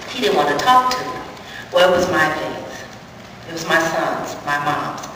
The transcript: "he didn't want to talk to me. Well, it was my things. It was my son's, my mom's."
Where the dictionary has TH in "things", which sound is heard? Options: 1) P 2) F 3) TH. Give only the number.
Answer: 2